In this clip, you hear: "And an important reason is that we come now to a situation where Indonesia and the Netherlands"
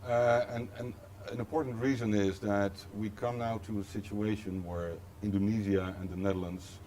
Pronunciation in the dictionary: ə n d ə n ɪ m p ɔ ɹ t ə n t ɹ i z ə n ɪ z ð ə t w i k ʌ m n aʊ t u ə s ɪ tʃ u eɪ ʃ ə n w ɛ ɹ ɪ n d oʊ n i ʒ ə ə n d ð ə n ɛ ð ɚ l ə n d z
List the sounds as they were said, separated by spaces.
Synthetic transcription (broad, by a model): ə n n ə n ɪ m p ɔ ɹ t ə n t ɹ i z ə n ɪ z ð ə t w i k ʌ m n aʊ t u ə s ɪ tʃ u eɪ ʃ ə n w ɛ ɹ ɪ n d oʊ n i z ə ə n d ð ə n ɛ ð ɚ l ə n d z